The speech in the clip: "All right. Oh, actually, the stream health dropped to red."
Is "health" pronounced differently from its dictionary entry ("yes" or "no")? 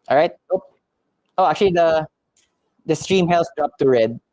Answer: yes